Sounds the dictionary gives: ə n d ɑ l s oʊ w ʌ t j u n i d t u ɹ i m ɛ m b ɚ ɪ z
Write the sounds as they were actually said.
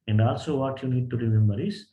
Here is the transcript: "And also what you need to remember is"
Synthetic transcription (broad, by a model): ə n d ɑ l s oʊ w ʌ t j u n i d t u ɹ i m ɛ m ɚ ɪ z